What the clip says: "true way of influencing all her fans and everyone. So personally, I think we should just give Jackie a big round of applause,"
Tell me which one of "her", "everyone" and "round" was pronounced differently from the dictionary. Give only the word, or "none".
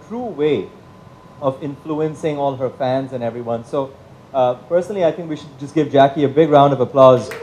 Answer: none